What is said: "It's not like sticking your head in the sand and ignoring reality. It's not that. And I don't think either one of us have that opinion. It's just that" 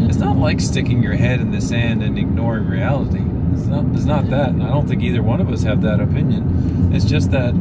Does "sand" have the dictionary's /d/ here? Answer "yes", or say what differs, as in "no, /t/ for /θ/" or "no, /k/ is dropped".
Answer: yes